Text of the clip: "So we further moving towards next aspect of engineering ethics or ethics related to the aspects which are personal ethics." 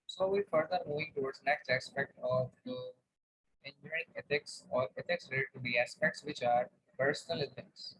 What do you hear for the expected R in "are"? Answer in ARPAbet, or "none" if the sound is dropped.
R